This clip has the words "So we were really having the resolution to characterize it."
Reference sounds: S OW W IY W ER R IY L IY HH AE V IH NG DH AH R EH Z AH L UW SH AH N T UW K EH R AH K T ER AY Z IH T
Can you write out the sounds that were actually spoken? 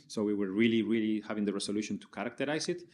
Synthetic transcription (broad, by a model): S OW W IY W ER R IY L IY HH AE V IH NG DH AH R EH S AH L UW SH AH N T UW K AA R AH K T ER AY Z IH T